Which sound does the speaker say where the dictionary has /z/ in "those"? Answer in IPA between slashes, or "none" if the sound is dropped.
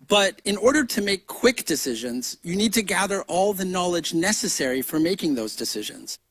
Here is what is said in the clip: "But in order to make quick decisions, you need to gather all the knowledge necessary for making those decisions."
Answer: /z/